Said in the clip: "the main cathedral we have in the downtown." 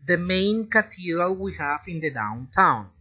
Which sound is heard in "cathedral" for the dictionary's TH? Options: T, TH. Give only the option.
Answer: T